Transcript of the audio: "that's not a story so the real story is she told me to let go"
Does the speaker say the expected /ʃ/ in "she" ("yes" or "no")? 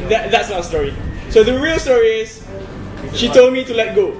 yes